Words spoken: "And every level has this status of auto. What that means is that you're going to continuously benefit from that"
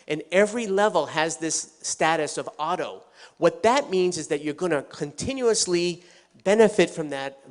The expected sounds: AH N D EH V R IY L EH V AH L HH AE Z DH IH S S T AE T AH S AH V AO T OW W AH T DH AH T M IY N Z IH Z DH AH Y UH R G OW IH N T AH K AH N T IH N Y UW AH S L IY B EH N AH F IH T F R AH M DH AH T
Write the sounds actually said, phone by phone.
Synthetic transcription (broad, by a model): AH N EH V R IY L EH V L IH Z DH IH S S T AE T AH S AH V AO T OW W AH T DH AH T M IY N Z IH Z DH AH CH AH R G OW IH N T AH K AH N T IH N Y UW AH S L IY B EH N AH F IH T F R AH M DH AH T